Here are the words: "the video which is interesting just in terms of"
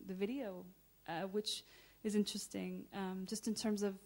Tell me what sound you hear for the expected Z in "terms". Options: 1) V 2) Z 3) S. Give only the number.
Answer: 2